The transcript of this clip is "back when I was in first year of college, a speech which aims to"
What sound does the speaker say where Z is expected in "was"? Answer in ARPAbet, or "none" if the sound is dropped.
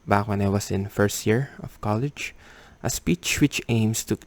S